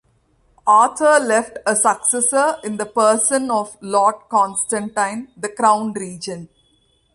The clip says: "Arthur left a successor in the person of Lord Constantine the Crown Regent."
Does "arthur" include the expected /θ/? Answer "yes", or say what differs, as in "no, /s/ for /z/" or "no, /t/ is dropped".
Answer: no, /t/ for /θ/